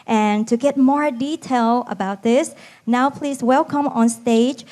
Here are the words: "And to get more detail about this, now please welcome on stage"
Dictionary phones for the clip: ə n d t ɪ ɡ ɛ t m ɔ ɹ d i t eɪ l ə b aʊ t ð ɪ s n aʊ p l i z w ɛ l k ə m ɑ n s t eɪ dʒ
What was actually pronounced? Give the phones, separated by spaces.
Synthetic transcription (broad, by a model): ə n t ɪ ɡ ɛ t m ɔ ɹ d i t eɪ l ə b aʊ t ð ɪ s n aʊ p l i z w ɛ l k ə m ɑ n s t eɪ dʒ